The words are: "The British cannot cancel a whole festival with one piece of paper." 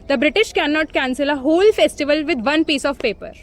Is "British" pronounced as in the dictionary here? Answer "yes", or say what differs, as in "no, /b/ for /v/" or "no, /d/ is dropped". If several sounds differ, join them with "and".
yes